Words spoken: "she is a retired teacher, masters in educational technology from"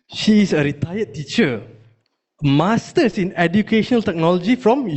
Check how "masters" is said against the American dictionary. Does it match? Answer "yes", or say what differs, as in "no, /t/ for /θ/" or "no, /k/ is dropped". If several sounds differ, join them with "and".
no, /s/ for /z/